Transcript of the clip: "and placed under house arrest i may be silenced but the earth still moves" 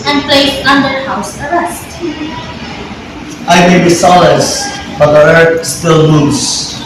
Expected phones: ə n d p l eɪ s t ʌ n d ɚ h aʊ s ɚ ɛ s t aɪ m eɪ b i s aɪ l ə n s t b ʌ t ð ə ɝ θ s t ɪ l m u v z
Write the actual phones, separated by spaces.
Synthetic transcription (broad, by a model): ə n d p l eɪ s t ʌ n d ɚ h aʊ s ɚ ɛ s t aɪ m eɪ b i s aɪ l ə s b ʌ t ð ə ɝ θ s t ɪ l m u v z